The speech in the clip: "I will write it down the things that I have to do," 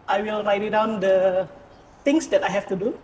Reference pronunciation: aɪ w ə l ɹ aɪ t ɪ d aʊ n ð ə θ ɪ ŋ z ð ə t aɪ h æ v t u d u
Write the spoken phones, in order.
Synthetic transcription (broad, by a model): aɪ w ə l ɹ aɪ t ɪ d aʊ n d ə t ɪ ŋ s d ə t aɪ h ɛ f t u d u